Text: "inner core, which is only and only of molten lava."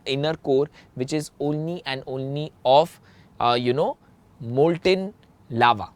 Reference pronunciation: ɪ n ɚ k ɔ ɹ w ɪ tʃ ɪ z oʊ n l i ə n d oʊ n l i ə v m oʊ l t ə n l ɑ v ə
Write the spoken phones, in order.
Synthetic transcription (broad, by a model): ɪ n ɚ k ɔ ɹ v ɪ tʃ ɪ z oʊ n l i ə n d oʊ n l i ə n m oʊ l t ə n l ɑ v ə